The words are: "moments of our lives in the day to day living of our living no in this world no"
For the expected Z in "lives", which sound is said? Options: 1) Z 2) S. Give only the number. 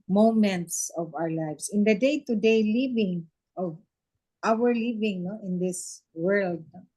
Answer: 2